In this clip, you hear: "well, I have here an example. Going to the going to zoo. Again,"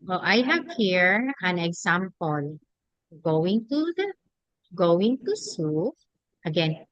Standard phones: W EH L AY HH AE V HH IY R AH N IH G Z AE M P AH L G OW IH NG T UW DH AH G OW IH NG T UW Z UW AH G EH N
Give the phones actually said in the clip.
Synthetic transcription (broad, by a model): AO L AY HH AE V HH IY R AH N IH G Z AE M P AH L G OW IH NG T UW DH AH G OW IH NG T UW S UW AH G EH N